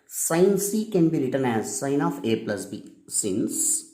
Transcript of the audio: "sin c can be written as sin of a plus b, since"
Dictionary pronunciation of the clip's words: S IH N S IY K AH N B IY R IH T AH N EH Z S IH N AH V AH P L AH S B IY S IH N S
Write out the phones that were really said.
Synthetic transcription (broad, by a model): S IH N S IY K AH N B IY R IH T AH N EH Z S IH N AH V AH P L AH S B IY S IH N S